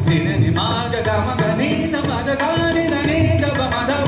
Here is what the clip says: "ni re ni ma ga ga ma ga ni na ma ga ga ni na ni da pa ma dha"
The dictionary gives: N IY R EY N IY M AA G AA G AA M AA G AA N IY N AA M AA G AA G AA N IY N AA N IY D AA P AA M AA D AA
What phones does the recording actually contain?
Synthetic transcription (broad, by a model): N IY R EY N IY M AA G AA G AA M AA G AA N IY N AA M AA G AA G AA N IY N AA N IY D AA B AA M AA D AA